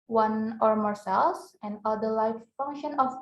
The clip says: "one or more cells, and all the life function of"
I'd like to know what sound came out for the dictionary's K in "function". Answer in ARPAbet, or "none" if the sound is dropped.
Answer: K